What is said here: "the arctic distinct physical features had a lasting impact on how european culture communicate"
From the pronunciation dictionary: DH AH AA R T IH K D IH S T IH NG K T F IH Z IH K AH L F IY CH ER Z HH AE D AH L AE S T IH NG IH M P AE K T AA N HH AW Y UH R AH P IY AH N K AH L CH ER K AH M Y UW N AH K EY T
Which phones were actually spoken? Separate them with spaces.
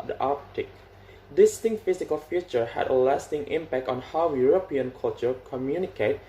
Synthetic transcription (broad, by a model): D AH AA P T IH K D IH S T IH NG T F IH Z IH K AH L F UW CH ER HH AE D AH L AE S T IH NG IH M P AE K T AA N HH AW Y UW R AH P IY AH N K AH L CH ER K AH M Y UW N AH K EY T